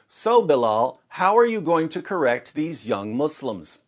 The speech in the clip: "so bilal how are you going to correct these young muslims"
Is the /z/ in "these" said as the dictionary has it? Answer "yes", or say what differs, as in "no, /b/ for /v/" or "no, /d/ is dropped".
yes